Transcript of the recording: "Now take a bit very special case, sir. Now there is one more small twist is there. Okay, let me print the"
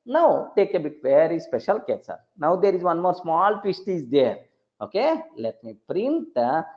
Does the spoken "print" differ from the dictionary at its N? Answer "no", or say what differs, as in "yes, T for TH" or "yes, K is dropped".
no